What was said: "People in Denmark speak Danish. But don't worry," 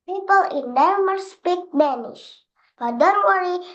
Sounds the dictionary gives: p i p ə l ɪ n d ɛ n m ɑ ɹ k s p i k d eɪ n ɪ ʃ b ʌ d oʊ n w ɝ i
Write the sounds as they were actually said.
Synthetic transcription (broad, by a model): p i p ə l ɪ n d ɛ m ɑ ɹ s p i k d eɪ n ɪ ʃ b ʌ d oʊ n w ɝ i